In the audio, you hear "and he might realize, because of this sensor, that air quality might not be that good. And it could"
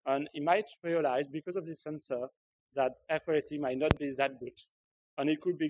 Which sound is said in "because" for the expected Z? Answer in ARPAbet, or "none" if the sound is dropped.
Z